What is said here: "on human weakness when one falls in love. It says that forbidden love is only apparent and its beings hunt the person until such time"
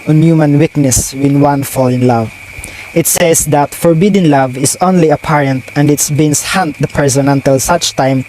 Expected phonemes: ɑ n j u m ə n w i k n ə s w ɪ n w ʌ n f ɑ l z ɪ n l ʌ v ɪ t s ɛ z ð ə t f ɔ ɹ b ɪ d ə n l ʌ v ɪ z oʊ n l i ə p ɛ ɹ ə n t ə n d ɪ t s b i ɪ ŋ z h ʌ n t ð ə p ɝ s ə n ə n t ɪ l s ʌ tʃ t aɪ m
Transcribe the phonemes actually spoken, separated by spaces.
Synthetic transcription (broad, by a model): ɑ n j u m ə n w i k n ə s w ɪ n w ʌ n f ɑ l ɪ n l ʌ v ɪ t s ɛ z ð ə t f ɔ ɹ b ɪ d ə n l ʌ v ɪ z oʊ n l i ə p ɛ ɹ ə n t ə n d ɪ t s b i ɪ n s h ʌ n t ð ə p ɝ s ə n ə n t ɪ l s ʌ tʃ t aɪ m